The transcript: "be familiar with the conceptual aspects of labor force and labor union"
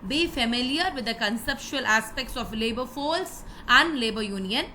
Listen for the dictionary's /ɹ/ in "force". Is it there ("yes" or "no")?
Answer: no